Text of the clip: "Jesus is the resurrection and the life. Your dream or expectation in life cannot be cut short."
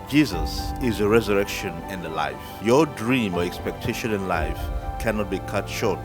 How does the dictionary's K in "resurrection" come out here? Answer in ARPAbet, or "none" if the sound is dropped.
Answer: K